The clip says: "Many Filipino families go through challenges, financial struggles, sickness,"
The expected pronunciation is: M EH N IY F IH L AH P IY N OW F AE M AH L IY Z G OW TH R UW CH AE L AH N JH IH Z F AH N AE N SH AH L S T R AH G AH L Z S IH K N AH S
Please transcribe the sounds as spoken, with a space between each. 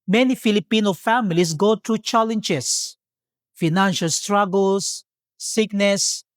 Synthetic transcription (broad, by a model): M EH N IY F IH L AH P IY N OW F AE M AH L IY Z G OW T R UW CH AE L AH N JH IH S F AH N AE N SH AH L S T R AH G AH L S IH K N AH S